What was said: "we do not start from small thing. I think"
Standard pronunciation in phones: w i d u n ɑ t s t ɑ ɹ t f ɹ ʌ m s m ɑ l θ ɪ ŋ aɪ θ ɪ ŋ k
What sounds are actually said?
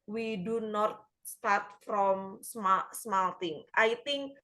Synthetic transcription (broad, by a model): w i d u n ɑ t s t ɑ ɹ t f ɹ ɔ m s m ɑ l t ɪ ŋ aɪ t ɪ ŋ k